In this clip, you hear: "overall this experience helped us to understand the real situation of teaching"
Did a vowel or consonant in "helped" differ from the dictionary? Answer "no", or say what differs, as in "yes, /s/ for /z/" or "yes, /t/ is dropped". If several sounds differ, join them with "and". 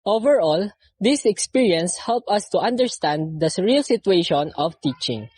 yes, /t/ is dropped